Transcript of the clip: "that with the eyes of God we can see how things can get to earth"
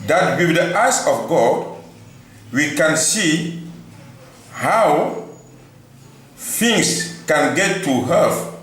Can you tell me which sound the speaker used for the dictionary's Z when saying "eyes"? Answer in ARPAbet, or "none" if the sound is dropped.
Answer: S